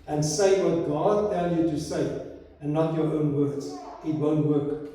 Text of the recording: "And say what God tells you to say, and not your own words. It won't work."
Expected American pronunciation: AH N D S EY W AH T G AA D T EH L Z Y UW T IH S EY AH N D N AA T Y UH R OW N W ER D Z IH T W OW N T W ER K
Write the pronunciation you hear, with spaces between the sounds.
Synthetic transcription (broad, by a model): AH N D S EY W AH T G AA D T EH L Y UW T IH S EY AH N N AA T Y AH R OW N W ER D Z IH T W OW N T W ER K